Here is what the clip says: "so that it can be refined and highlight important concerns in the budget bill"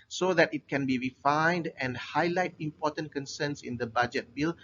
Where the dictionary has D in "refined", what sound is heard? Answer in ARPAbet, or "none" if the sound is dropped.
D